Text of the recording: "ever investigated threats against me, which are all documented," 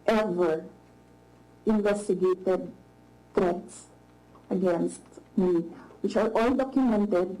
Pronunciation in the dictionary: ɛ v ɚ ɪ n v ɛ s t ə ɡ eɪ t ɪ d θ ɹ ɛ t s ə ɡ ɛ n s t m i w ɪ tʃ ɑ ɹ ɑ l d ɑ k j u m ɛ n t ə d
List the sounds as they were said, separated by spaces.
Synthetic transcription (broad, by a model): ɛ v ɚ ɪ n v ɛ s t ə ɡ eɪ t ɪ d t ɹ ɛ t s ə ɡ ɛ n s t m i w ɪ tʃ ɑ ɹ ɑ l d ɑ k j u m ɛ n t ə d